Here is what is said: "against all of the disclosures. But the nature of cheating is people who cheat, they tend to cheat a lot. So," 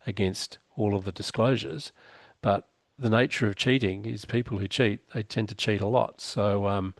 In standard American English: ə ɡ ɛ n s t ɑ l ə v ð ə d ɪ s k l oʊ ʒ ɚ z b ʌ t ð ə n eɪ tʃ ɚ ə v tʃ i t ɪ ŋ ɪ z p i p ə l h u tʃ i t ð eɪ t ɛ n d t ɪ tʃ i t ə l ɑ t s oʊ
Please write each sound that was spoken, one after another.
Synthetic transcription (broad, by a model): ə ɡ ɛ n s t ɑ l ə v ð ə d ɪ s k l oʊ ʒ ɚ z b ʌ t ð ə n eɪ tʃ ɚ ə v tʃ i t ɪ ŋ ɪ z p i p l h u tʃ i t ð eɪ t ɛ n t ɪ tʃ i t ə l ɑ t s oʊ